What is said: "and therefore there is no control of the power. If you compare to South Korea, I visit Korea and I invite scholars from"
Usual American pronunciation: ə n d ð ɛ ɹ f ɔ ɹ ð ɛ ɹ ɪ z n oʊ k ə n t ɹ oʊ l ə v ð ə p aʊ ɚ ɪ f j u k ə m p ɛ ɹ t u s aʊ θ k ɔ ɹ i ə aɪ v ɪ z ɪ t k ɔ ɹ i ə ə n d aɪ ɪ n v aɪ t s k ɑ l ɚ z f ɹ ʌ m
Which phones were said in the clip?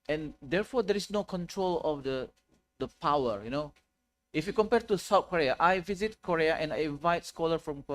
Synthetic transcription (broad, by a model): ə n d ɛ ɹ f ɔ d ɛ ɹ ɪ s n oʊ k ə n t ɹ oʊ l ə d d ə p aʊ ɚ ɪ f j u k ə m p ɛ ɹ t u s aʊ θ k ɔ ɹ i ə aɪ v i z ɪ t k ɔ ɹ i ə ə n aɪ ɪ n v aɪ t s k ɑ l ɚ f ɹ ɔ m